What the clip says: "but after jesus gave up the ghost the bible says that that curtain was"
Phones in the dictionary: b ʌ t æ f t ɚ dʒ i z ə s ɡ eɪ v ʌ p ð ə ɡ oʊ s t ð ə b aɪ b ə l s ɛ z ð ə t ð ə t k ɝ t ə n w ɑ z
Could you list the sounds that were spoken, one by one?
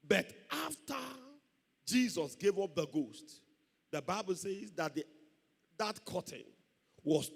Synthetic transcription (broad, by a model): b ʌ t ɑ f t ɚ dʒ i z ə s ɡ eɪ v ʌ p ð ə ɡ oʊ s t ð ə b aɪ b ə l s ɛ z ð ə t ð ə t k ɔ t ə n w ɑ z